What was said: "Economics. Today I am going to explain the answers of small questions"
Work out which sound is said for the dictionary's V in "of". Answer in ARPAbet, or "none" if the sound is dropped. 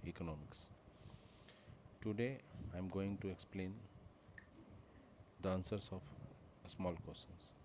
P